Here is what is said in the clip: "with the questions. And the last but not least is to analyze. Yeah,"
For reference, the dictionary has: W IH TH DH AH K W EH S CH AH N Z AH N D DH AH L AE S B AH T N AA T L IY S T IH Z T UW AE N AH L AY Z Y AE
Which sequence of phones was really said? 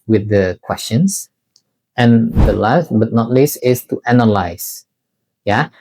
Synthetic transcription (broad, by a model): W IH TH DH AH K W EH S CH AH N S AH N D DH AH L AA S B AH T N AA T L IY S IH S T UW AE N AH L AY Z Y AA